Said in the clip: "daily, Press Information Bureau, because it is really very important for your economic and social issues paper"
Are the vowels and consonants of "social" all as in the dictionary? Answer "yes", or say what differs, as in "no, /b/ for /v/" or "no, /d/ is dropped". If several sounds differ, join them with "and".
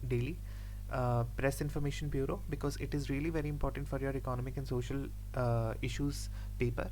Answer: yes